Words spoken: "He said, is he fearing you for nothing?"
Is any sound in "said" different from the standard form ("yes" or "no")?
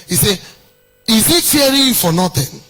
yes